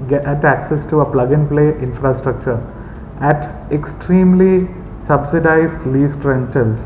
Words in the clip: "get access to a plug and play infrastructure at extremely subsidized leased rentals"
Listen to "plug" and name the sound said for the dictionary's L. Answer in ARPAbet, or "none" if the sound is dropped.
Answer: L